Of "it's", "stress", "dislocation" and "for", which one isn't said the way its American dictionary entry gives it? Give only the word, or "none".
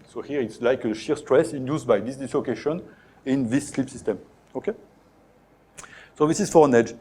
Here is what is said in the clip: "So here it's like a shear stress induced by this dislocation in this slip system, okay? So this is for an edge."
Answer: none